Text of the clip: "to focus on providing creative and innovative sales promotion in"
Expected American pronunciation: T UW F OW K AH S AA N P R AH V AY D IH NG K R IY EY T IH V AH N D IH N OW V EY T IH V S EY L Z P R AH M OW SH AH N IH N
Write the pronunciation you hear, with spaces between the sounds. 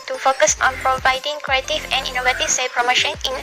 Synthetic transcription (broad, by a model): T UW F OW K AH S AA N P R AH V AY D IH NG K R IY EY T IH V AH N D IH N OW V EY T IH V S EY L P R AH M OW SH AH N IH N